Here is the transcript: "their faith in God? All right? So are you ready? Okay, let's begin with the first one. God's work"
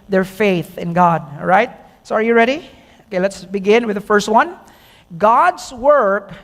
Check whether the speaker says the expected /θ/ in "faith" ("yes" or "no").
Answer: yes